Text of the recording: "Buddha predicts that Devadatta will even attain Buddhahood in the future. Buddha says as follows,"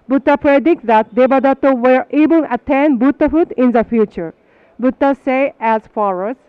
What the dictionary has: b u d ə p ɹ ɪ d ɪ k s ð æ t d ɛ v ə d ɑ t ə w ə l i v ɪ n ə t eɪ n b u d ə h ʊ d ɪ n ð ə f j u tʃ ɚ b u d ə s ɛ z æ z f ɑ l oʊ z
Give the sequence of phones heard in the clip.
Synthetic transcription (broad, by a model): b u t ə p ɹ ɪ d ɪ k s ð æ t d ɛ b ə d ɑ t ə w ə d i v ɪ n ə t eɪ n b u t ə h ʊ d ɪ n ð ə f j u tʃ ɚ b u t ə s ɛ æ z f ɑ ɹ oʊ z